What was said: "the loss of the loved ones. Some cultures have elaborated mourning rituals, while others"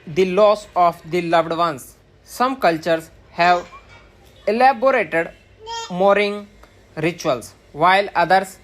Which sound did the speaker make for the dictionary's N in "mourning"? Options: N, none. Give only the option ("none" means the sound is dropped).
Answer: none